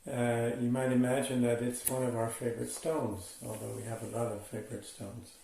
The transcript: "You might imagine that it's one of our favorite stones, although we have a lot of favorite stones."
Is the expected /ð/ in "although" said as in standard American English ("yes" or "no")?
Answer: yes